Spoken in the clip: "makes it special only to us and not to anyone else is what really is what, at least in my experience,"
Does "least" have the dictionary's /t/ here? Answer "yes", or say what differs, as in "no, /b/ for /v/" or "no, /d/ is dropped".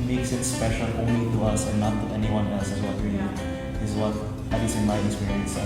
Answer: no, /t/ is dropped